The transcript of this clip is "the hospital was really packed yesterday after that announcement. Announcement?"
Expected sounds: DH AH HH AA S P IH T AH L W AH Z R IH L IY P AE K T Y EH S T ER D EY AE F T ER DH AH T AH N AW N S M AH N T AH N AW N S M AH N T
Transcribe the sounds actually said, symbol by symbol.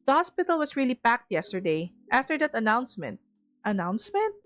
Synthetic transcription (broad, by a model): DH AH HH AA S P IH T AH L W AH S R IH L IY P AE K T Y EH S T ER D EY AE F T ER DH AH T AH N AW N S M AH N T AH N AW N S M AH N T